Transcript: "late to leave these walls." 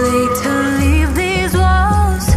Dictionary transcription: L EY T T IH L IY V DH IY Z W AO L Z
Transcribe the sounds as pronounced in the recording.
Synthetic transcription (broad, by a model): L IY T T IH L IY V DH IY Z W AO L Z